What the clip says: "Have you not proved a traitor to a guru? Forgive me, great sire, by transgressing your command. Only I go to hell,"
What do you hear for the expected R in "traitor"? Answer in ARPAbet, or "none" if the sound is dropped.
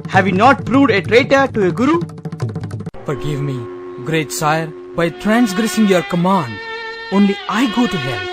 R